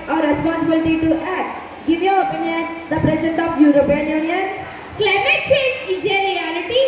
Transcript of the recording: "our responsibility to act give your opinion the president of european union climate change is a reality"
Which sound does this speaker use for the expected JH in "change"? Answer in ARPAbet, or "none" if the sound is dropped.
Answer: none